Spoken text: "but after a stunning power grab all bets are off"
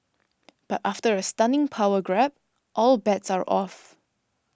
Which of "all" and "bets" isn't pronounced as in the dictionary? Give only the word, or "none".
none